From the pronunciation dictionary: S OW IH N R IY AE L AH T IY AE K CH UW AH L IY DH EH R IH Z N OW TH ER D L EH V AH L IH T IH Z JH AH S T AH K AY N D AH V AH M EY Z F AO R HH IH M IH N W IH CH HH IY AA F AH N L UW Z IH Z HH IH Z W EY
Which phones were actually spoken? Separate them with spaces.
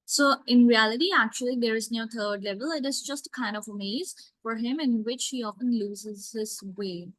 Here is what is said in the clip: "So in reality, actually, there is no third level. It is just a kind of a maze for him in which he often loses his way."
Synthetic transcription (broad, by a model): S OW IH N R IY AE L AH T IY AE K CH UW AH L IY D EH R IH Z N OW T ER D L EH V AH L IH T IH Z JH AH S T AH K AY N D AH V AH M EY Z F AO R HH IH M IH N W IH CH HH IY AA F AH N L UW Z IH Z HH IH S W EY